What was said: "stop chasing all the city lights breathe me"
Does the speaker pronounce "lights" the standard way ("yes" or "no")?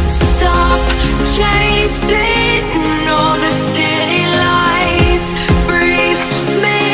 no